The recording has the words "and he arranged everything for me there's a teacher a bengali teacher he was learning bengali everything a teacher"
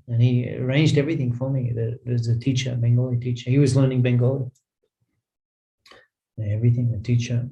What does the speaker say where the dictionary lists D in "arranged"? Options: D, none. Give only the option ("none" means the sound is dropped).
D